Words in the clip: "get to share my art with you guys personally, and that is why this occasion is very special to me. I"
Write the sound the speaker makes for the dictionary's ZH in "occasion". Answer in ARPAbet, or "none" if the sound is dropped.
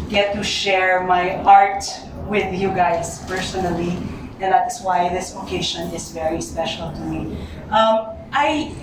SH